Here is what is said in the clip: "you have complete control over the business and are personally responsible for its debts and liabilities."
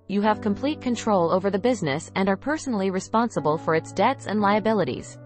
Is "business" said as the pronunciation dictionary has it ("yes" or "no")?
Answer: yes